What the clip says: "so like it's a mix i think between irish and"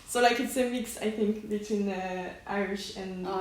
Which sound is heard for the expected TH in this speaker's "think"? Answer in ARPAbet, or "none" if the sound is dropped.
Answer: TH